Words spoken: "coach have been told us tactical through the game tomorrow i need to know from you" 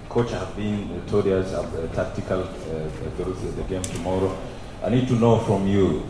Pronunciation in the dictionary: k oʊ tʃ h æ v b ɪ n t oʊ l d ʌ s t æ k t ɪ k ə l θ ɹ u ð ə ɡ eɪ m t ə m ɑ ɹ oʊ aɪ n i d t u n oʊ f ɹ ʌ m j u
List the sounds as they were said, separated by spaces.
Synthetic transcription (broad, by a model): k oʊ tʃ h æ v b ɪ n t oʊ d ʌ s t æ k t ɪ k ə l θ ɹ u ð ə ɡ eɪ m t ə m ɑ ɹ oʊ aɪ n i d t u n oʊ f ɹ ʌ m j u